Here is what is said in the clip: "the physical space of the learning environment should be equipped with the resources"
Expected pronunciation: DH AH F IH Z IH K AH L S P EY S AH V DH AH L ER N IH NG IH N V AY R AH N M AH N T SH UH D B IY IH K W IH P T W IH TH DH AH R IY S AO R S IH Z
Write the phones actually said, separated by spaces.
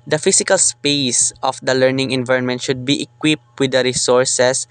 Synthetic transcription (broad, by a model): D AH F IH S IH K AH L S P EY S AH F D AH L ER N IH NG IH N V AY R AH N M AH N T SH UH D B IY IH K W IH P T W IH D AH R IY S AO R S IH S